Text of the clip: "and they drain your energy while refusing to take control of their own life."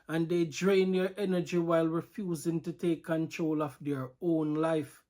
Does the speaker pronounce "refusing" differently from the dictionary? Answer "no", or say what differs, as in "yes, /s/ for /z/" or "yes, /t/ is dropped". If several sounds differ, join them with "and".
no